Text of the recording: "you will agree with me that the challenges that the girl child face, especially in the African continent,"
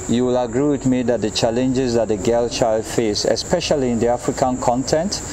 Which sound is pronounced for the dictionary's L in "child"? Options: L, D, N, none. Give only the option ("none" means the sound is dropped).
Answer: L